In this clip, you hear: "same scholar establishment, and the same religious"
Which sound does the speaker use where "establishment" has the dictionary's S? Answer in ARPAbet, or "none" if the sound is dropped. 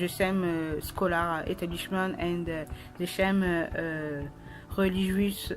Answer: none